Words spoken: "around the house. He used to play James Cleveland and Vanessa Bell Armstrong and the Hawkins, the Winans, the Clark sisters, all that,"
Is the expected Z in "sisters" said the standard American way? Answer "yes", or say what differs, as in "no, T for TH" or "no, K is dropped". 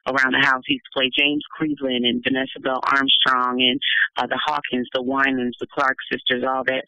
yes